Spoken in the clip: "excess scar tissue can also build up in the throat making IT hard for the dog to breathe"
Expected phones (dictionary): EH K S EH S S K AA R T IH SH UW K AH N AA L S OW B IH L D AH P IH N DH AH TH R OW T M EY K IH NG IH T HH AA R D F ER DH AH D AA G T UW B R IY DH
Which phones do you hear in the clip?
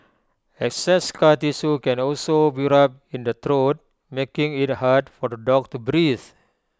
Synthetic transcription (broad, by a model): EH K S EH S S K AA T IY S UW K AH N AA L S OW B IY D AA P IH N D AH T R OW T M EY K IH NG IH T HH AA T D F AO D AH D AA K T UW B R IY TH